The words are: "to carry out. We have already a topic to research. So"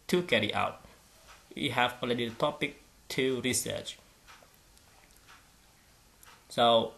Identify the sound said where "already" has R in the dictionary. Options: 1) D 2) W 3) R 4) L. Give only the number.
4